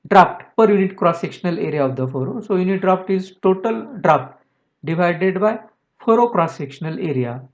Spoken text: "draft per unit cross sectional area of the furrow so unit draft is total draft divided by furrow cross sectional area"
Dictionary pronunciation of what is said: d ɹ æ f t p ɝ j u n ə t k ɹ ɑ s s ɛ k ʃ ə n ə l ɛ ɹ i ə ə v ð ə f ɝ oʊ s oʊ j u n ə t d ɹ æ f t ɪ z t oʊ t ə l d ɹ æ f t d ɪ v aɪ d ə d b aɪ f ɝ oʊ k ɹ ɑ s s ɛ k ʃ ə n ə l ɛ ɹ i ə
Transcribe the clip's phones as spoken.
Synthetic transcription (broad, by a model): d ɹ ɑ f t p ɝ j u n ə t k ɹ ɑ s s ɛ k ʃ ə n ə l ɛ ɹ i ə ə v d ə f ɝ oʊ s oʊ j u n ə t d ɹ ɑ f t ɪ z t oʊ t ə l d ɹ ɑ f t d ɪ v aɪ d ə d b aɪ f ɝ oʊ k ɹ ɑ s s ɛ k ʃ ə n ə l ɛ ɹ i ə